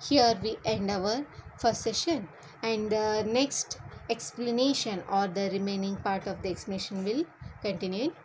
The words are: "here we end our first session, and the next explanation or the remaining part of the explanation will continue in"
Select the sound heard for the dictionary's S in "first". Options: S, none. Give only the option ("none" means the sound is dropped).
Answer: none